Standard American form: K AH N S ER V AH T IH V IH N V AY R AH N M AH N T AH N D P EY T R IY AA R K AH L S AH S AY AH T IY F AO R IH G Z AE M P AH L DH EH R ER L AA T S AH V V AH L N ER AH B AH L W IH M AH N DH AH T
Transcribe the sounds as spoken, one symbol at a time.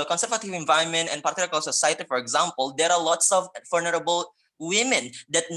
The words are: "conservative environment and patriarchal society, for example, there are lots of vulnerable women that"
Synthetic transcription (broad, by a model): K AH N S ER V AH T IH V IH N V AY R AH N M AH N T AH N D P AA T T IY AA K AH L S AH S AY AH T IY F AO R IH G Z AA M P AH L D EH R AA L AA T S AH V F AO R N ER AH B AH L W IH M AH N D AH T